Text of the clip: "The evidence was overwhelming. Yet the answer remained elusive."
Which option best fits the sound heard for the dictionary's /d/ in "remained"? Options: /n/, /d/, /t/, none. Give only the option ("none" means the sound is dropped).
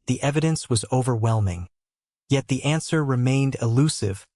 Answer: /d/